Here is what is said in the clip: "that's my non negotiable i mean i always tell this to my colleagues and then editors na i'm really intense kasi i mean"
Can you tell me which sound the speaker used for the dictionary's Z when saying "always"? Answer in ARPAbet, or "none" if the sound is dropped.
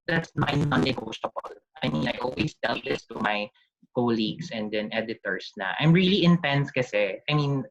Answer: S